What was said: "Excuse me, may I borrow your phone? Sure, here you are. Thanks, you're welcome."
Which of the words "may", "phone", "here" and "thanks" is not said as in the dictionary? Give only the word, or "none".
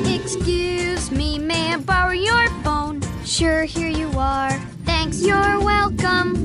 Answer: none